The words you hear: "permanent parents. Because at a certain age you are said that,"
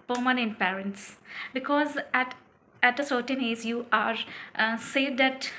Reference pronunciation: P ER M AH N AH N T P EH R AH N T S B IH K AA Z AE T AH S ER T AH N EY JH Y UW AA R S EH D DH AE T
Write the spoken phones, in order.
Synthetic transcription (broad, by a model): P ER M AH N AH N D P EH R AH N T S B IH K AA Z AE T AH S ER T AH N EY Z Y UW AA R S EH D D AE T